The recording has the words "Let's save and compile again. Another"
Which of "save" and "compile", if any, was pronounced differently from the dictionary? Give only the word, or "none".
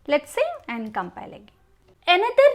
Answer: save